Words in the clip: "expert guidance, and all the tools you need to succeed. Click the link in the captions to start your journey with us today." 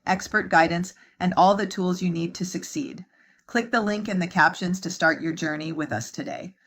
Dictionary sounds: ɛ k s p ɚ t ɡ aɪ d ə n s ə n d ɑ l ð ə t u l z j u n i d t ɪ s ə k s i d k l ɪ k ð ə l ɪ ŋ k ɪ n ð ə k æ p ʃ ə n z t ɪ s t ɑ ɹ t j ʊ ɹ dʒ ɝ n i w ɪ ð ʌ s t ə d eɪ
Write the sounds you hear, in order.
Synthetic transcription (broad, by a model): ɛ k s p ɚ t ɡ aɪ d n s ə n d ɑ l ð ə t u l z j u n i d t ɪ s ə k s i d k l ɪ k ð ə l ɪ ŋ k ɪ n ð ə k æ p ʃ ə n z t ɪ s t ɑ ɹ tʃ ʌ ɹ dʒ ɝ n i w ɪ ð ʌ s t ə d eɪ